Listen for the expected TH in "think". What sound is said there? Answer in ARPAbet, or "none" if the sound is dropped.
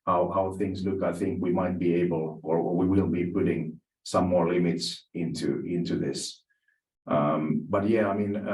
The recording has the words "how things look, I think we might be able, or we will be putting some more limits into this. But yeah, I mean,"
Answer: TH